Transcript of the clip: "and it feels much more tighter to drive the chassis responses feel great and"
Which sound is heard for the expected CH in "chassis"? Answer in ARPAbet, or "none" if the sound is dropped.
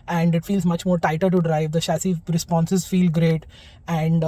SH